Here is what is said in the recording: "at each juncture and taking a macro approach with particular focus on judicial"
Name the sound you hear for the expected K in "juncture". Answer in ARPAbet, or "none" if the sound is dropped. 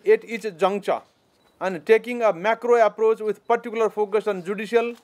none